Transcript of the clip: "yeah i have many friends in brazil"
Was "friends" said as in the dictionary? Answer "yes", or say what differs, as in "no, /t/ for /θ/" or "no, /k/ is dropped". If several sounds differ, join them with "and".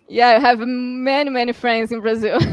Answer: yes